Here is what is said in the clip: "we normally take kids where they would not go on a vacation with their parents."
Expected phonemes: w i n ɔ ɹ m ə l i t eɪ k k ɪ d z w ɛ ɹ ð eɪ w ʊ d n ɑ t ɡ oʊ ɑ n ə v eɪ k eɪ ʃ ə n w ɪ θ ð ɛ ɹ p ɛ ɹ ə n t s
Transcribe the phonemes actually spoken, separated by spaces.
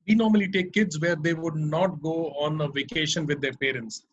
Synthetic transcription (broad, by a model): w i n ɔ ɹ m ə l i t eɪ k k ɪ d z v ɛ ɹ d eɪ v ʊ d n ɑ t ɡ oʊ ɑ n ə v eɪ k eɪ ʃ ə n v ɪ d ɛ ɹ p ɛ ɹ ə n t s